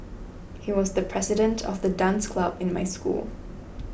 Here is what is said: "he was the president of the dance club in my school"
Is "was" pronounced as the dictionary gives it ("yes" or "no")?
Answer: yes